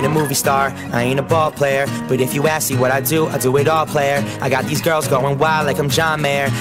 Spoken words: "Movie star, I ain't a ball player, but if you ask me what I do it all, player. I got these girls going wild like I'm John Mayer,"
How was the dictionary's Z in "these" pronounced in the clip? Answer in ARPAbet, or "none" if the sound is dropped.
Z